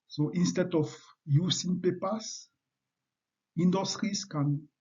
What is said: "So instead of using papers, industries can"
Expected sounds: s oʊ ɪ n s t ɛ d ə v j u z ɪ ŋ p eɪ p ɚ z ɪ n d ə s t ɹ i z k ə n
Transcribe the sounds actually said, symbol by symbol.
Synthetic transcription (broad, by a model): s oʊ ɪ n s t ɛ d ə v j u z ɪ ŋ p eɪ p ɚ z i n d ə s t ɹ i s k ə n